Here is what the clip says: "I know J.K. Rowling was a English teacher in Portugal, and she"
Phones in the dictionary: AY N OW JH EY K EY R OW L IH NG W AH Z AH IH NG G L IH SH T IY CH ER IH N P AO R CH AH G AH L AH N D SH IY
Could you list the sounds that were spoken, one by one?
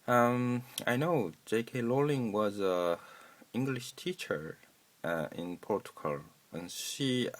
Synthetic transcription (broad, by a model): AY N OW JH EY K EY L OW L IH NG W AH Z AH IH NG G L IH SH T IY CH ER IH N P AO R CH AH G AH L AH N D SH IY